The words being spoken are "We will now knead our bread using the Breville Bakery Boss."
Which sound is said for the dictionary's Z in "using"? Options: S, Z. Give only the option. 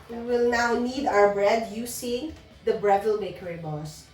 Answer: S